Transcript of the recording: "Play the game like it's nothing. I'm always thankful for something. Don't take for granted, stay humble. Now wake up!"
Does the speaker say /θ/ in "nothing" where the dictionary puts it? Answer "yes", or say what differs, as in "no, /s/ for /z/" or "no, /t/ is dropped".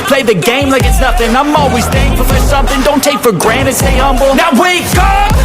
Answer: no, /f/ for /θ/